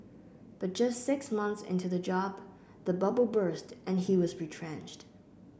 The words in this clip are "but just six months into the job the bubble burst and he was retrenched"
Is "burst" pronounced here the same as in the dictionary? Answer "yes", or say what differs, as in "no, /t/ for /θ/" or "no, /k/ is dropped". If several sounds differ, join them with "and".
yes